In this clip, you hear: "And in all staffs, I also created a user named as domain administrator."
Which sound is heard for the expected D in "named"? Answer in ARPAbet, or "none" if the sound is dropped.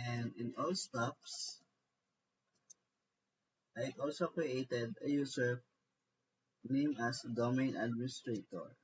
none